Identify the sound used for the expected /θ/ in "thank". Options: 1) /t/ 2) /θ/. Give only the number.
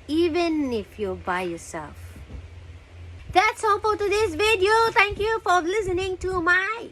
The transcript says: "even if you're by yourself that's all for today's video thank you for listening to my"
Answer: 1